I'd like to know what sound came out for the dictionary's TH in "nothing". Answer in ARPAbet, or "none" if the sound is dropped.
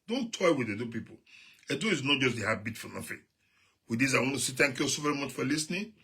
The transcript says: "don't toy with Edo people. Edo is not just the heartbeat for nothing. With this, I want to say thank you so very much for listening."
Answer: F